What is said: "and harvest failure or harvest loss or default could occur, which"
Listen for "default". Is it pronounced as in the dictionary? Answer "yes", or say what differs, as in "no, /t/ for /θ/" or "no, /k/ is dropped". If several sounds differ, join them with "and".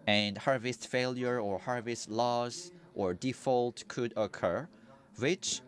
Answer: yes